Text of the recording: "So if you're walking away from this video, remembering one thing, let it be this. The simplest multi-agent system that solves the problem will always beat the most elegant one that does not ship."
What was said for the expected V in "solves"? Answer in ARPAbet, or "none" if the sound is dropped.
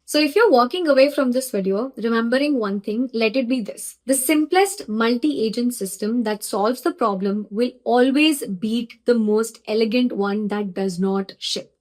V